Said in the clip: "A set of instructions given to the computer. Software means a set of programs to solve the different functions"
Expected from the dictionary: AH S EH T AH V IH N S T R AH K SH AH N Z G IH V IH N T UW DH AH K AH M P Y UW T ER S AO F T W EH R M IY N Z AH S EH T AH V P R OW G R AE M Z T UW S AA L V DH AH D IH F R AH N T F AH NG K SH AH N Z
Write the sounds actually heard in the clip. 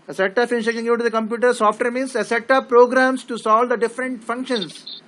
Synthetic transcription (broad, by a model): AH S EH T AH P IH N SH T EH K AH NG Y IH T UW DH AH K AH M P Y UW T ER S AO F T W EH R M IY N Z AH S EH T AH P R OW G R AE M S T UW S AA L V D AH D IH F R AH N T F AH NG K SH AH N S